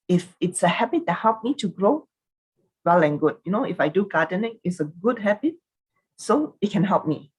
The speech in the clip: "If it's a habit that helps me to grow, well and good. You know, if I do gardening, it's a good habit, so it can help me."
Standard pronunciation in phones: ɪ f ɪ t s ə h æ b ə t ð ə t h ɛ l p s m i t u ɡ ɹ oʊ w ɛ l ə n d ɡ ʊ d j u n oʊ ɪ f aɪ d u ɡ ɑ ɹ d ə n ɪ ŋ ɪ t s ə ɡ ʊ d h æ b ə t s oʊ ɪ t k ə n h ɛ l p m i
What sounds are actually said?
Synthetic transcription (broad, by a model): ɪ f ɪ t s ə h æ b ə t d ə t h ɛ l p m i t u ɡ ɹ oʊ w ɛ l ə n ɡ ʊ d j u n oʊ ɪ f aɪ d u ɡ ɑ d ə n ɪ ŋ ɪ t s ə ɡ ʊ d h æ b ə t s oʊ ɪ t k ə n h ɛ l p m i